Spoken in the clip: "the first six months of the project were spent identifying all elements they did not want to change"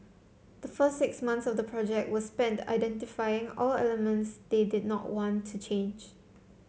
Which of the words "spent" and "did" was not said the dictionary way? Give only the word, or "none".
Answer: none